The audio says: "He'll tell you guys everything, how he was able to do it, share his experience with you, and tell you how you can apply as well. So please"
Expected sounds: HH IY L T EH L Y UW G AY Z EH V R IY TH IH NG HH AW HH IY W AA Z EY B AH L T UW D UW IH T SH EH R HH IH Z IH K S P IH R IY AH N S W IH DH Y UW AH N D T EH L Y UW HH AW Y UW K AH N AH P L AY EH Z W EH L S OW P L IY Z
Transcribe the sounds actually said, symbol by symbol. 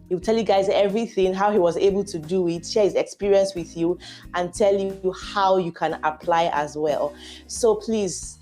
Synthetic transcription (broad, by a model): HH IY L T EH L Y UW G AY Z EH V R IY TH IH NG HH AW HH IY W AA Z EY B AH L T UW D UW IH T SH EH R HH IH Z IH K S P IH R IY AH N S W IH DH Y UW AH N T EH L Y UW HH AW Y UW K AH N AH P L AY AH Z W EH L S OW P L IY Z